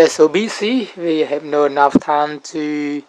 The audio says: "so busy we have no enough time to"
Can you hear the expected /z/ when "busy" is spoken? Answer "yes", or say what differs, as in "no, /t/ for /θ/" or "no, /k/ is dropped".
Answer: no, /s/ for /z/